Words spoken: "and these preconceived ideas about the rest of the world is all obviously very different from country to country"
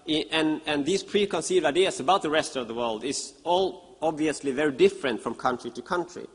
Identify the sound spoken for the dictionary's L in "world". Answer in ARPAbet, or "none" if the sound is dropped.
L